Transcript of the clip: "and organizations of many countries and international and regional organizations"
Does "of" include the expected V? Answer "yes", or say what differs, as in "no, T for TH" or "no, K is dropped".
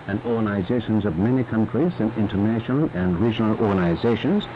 yes